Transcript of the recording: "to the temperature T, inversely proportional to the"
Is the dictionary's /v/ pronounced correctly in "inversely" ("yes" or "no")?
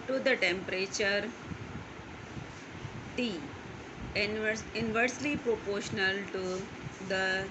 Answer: yes